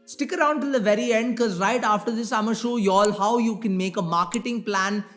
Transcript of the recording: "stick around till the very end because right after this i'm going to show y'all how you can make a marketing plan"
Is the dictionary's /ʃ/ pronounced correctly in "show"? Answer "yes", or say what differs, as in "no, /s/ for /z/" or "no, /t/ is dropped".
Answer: yes